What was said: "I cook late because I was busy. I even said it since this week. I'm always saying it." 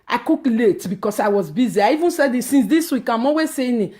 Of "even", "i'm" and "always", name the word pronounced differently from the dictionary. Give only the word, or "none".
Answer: always